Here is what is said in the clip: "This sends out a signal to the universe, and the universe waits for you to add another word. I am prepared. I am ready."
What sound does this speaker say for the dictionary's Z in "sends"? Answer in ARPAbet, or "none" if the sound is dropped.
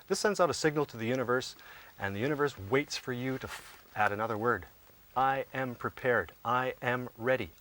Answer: Z